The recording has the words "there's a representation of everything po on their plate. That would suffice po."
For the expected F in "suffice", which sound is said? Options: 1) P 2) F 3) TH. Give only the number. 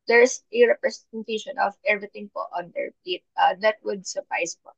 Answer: 1